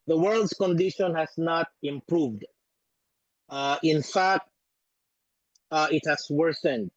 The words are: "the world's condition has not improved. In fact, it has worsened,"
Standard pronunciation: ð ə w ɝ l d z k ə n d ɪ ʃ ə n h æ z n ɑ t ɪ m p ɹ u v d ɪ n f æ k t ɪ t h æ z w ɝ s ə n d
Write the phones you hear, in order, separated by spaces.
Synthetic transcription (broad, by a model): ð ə w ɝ l d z k ə n d ɪ ʃ ə n h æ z n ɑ t ɪ m p ɹ u v d ɪ n f æ k t ɪ t h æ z w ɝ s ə n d